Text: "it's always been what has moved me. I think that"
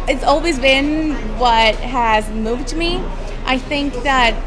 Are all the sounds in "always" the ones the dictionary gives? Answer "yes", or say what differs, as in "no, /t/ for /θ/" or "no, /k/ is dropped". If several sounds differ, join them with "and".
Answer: yes